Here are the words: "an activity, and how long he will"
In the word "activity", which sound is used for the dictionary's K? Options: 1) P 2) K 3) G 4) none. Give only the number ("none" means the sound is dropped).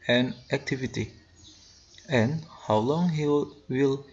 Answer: 2